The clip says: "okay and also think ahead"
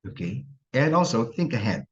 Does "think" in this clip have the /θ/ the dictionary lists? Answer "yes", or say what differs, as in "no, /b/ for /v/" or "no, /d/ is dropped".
yes